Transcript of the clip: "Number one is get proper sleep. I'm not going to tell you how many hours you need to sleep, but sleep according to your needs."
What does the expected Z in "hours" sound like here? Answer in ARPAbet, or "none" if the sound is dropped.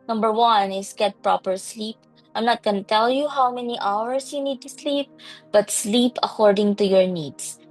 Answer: S